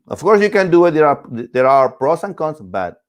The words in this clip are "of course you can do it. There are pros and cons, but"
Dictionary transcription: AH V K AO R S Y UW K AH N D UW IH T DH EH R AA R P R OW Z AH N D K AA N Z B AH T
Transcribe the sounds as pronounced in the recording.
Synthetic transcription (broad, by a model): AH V K AO R S Y UW K AH N D UW IH T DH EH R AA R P R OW S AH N K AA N S B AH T